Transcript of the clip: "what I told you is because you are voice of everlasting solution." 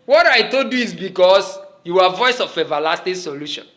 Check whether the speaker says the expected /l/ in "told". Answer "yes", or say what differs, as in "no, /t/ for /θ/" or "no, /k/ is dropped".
no, /l/ is dropped